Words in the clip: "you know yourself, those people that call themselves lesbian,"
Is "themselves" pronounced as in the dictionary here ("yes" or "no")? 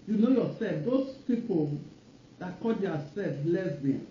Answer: no